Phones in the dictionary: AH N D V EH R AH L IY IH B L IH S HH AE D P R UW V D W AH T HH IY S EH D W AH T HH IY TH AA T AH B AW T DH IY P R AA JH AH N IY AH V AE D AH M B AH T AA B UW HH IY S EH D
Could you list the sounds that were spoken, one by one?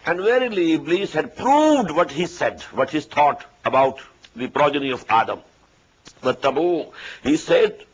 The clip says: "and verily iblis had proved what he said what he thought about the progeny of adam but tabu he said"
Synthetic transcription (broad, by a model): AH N D V EH R AH L IY B L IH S HH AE D P R UW V D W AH T HH IY S EH D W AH T HH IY T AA T AH B AW T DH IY P R AA JH AH N IY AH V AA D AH M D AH T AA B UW HH IY S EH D